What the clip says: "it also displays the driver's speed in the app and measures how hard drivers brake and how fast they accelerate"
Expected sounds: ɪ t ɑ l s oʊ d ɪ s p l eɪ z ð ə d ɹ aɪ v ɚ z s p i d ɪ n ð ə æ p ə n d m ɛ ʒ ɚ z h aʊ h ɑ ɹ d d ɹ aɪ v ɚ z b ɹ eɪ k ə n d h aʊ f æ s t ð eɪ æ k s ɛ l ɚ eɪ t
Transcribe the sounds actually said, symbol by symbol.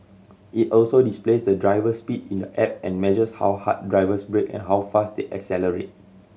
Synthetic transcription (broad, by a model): ɪ t ɑ l s oʊ d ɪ s p l eɪ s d ə d ɹ aɪ v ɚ s p i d ɪ n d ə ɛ p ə n m ɛ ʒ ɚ s h aʊ h ɑ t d d ɹ aɪ v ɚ s b ɹ eɪ k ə n h aʊ f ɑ s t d eɪ æ k s ɛ l ɚ eɪ t